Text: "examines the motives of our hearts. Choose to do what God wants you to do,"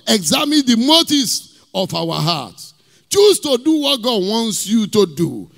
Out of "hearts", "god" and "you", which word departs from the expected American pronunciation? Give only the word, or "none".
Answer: hearts